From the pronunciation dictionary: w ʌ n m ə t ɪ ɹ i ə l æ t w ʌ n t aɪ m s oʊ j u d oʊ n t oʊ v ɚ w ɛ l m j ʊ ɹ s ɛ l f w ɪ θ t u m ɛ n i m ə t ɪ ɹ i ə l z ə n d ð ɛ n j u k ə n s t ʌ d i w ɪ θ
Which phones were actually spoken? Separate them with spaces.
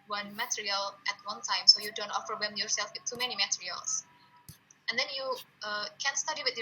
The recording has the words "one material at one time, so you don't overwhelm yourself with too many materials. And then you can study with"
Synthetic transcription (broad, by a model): w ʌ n m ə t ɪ ɹ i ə l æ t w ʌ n t aɪ m s oʊ j u d oʊ n t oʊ f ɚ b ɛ m j ʊ ɹ s ɛ l f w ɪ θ t u m ɛ n i m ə t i ɹ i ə l s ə n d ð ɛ n j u k ə n s t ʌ d i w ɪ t